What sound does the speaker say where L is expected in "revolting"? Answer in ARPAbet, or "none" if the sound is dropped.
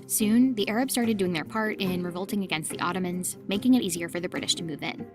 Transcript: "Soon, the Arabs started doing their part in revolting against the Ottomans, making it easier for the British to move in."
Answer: L